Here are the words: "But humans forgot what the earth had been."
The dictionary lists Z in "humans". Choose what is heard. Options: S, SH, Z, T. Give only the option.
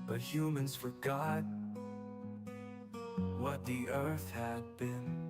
Z